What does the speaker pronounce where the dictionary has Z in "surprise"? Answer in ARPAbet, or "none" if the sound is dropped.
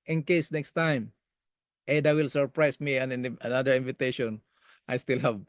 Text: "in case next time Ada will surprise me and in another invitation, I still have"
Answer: S